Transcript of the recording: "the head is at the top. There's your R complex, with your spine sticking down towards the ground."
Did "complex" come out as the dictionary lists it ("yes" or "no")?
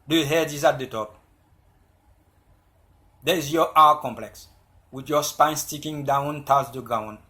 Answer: yes